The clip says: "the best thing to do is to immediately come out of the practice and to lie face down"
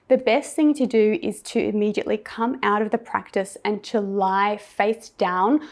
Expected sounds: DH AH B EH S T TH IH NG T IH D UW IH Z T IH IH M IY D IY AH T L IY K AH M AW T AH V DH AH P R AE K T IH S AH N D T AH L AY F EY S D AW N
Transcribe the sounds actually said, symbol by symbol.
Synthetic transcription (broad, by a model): DH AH B EH S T TH IH NG T IH D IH IH Z T IH IH M IY D IY AH T L IY K AH M AW T AH V DH AH P R AE K T IH S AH N T AH L AY F EY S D AW N